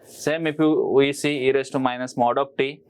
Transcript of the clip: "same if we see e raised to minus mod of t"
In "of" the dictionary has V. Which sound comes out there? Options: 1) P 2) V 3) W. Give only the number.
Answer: 1